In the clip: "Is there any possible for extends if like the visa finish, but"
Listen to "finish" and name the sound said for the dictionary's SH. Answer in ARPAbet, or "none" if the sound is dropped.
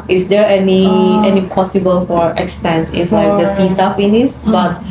S